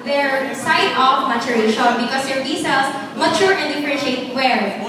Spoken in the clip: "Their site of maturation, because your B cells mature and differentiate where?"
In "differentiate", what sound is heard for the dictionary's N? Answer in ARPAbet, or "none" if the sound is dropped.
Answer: none